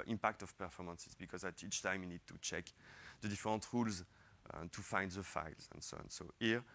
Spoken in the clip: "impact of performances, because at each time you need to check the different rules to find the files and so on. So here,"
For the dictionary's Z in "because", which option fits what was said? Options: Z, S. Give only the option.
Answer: Z